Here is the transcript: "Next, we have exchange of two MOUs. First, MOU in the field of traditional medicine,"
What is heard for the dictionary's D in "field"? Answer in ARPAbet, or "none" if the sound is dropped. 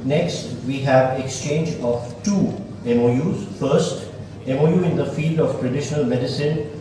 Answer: D